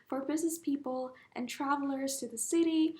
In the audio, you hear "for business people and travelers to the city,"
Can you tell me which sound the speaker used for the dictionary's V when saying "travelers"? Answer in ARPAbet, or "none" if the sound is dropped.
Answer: V